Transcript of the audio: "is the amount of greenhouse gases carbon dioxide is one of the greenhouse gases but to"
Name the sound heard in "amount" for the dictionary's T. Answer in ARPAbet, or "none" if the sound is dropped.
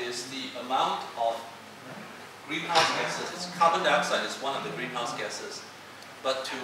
T